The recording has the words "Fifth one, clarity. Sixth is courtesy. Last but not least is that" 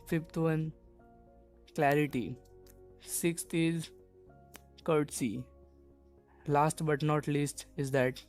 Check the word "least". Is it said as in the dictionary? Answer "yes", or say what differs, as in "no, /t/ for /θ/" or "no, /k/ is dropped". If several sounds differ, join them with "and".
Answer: yes